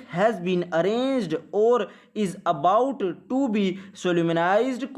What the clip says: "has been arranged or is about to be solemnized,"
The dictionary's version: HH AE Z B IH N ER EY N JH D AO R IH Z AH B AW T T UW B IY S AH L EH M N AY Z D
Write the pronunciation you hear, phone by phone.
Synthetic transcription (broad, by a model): HH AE Z B IH N ER EY N JH D AO R IH Z AH B AW T T UW B IY S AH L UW M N AY Z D